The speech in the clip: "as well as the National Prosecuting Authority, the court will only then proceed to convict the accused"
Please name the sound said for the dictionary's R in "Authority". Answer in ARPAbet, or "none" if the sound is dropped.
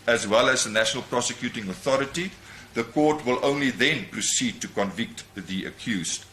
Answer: R